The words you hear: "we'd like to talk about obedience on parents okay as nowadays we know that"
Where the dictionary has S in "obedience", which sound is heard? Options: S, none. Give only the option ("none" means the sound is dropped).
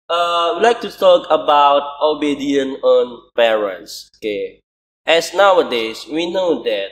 none